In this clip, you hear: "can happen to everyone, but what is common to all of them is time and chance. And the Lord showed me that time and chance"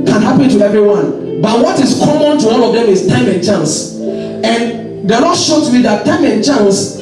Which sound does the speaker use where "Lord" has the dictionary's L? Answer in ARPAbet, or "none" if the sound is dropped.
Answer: N